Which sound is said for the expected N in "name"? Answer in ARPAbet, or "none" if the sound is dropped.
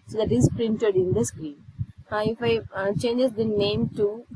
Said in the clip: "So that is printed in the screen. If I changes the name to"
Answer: N